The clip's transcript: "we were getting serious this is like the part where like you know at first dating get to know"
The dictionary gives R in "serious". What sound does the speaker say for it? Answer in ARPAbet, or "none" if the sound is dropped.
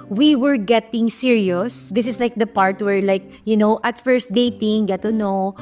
R